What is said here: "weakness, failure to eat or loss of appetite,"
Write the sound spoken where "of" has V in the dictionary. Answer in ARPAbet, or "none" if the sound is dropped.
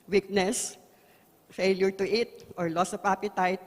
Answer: P